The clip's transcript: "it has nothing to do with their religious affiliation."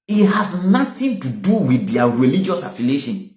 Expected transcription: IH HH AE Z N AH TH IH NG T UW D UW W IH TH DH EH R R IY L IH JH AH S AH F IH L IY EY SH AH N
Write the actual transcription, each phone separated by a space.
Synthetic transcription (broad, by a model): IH HH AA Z N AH T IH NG T UW D UW W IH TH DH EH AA R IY L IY JH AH S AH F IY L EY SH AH N